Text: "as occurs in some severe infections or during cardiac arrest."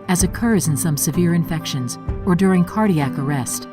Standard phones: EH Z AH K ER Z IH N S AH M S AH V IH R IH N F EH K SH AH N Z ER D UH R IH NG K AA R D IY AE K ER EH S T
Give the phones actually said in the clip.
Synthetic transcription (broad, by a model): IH Z AH K ER Z IH N S AH M S AH V IH R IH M F EH K SH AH N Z ER D UH R IH NG K AA R D IY AE K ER EH S T